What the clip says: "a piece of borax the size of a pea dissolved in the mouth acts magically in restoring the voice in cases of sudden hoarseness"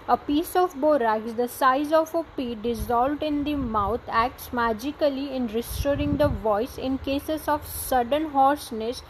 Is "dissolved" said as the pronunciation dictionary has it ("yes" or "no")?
yes